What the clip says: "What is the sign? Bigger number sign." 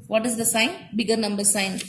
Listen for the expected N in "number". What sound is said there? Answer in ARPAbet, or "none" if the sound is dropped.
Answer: N